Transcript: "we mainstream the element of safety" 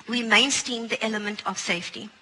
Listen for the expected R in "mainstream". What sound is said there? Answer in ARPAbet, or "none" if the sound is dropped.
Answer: none